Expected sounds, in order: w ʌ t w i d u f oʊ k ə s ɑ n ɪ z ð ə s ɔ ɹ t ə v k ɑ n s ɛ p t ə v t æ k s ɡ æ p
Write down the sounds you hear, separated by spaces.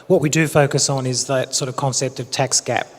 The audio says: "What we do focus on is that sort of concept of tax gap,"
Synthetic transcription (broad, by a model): w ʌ t w i d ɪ f oʊ k ə s n ɪ z ð ə s ɔ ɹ t ə v k ɑ n s ɛ p t ə v t æ k s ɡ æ p